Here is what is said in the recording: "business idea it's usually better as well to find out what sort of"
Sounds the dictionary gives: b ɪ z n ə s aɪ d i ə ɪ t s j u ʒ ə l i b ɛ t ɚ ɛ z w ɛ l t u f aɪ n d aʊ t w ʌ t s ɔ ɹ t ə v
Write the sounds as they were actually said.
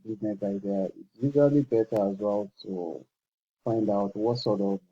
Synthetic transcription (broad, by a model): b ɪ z n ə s aɪ d i ə ɪ t s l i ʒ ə l i b ɛ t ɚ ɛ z w ɛ l t u f aɪ n d aʊ t w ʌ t s ɔ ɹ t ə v